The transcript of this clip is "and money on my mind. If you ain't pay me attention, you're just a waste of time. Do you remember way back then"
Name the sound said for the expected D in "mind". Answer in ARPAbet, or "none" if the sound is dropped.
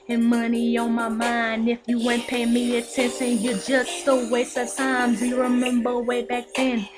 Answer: D